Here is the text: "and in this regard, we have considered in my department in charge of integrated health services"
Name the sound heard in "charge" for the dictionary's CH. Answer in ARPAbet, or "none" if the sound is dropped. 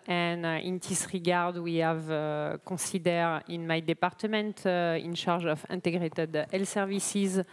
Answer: SH